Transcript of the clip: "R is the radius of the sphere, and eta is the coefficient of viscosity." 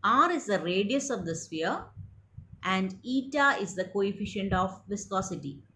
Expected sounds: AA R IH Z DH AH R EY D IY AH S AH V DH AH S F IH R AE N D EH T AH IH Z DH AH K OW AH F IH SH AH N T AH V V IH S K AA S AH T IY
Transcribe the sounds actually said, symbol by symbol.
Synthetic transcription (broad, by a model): AA R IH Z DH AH R EY D IY AH S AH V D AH S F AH R AE N D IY T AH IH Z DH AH K OW AH F IH SH AH N T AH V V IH S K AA S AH T IY